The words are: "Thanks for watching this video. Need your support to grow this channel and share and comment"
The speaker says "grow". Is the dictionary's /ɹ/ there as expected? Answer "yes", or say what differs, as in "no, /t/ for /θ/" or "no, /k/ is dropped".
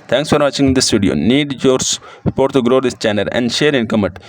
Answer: yes